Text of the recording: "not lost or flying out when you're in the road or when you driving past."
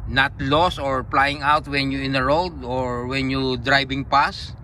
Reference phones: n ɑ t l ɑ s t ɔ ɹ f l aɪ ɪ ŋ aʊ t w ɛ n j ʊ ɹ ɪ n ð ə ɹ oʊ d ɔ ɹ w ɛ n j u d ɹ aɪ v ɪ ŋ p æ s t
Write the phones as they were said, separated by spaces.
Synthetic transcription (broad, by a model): n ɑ t l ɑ s ɔ ɹ p l aɪ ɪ ŋ aʊ t w ɛ n j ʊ ɪ n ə ɹ oʊ d ɔ ɹ w ɛ n j u d ɹ aɪ b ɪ ŋ p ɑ s